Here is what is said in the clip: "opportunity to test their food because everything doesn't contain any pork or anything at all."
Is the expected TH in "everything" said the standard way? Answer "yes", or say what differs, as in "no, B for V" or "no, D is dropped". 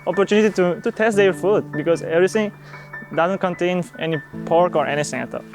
no, T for TH